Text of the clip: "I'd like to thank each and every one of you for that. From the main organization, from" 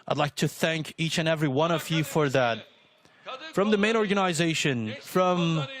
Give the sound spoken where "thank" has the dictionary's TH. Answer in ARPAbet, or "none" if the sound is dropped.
TH